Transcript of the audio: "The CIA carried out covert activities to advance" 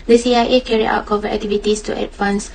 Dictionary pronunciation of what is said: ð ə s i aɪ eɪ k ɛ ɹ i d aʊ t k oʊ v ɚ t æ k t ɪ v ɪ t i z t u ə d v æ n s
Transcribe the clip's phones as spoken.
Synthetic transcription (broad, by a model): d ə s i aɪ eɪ k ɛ ɹ i aʊ t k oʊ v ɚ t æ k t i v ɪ t i s t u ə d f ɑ n s